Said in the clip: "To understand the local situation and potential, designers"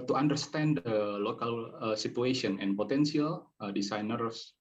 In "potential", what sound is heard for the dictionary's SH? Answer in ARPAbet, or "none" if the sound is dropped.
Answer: S